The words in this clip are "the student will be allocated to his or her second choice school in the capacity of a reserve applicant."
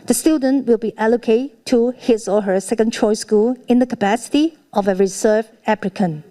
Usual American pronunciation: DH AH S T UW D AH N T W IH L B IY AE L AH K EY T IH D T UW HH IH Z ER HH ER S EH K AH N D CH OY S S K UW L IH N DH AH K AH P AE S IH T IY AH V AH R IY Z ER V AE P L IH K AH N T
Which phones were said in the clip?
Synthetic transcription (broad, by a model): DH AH S T UW D AH N T W IH L B IY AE L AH K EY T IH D T UW HH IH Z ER HH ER S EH K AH N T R OY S S K UW L IH N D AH K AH P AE S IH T IY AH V AH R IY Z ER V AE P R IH K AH N